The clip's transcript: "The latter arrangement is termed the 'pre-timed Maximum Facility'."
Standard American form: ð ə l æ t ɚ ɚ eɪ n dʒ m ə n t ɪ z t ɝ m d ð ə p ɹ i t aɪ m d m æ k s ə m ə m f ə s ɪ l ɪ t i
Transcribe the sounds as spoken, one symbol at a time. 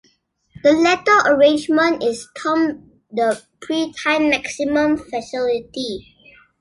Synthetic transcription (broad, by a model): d ə l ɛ t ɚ ɚ eɪ n dʒ m ə n t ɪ s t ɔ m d ə p ɹ i t aɪ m m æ k s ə m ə m f ə s ɪ l ɪ t i